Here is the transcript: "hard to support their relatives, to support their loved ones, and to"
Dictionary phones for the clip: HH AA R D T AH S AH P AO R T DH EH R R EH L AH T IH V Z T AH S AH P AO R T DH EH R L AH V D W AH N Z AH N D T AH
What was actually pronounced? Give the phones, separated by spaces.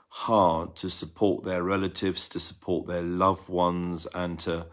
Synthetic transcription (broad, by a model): HH AA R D T AH S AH P AO T DH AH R R EH L AH T IH V Z T AH S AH P AO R T DH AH L AH V W AH N Z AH N T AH